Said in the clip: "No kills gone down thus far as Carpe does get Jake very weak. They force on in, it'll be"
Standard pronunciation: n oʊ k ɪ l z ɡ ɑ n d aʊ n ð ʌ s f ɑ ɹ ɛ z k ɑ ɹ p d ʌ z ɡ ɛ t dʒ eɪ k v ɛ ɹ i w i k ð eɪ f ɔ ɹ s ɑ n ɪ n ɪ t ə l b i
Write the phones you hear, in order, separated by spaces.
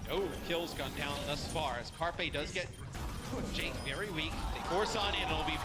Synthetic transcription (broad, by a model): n oʊ k ɪ l z ɡ ɑ n d aʊ n ð ʌ s f ɑ ɹ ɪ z k ɑ ɹ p d ʌ z ɡ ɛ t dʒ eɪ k v ɛ ɹ i w i k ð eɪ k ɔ ɹ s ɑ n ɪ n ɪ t l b i